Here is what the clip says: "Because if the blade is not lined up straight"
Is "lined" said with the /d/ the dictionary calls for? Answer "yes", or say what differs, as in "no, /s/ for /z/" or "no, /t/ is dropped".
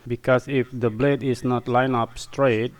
no, /d/ is dropped